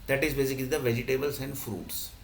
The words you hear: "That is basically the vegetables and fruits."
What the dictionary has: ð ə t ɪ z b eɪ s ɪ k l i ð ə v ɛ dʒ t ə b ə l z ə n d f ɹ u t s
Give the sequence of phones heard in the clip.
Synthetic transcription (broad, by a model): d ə t ɪ z b eɪ s ɪ k l i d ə v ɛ dʒ t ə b ə l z ə n d f ɹ u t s